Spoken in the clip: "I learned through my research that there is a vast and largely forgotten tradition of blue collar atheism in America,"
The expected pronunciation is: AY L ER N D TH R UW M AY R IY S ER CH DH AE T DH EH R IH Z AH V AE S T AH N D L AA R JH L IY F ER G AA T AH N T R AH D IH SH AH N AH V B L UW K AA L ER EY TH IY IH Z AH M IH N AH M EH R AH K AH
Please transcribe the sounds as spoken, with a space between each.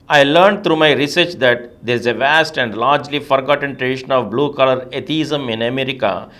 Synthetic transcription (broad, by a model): AY L ER N D T R UW M AY R IY S ER CH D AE T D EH R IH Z AH V AE S T AH N D L AA R JH L IY F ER G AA T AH N T R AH D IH SH AH N AH V B L UW K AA L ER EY T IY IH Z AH M IH N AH M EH R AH K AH